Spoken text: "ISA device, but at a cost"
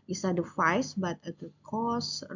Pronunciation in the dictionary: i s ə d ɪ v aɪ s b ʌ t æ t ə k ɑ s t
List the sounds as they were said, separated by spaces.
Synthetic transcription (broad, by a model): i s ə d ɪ f aɪ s b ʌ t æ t ə k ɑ s